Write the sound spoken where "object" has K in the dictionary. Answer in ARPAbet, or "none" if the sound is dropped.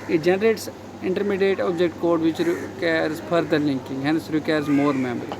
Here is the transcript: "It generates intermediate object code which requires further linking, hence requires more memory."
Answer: K